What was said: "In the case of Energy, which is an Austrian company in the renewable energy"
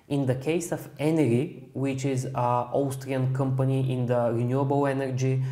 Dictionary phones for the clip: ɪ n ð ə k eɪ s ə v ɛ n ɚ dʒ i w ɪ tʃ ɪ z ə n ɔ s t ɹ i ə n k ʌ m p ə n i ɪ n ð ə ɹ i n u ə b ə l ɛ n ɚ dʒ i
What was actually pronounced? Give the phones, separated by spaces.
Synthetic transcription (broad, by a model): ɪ n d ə k eɪ s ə f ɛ n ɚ i w ɪ tʃ ɪ z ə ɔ s t ɹ i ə n k ʌ m p ə n i ɪ n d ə ɹ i n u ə b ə l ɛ n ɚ dʒ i